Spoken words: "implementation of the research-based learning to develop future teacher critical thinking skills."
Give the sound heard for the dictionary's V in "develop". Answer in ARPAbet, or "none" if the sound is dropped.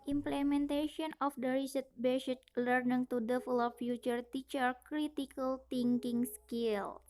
F